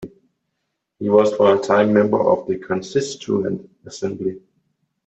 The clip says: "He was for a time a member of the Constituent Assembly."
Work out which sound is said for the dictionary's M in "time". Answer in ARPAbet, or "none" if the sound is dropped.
none